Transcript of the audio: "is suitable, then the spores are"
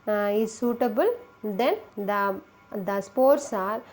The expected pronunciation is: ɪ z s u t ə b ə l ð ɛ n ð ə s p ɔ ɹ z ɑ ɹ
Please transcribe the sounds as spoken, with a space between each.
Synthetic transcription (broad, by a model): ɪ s s u t ə b ə l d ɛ n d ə s p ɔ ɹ s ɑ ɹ